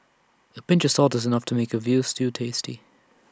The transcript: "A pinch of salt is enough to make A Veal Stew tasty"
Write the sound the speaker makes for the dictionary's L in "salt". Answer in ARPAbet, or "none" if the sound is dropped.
L